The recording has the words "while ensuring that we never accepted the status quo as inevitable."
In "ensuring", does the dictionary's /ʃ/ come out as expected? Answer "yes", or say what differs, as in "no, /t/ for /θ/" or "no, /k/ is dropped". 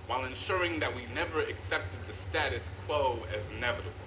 yes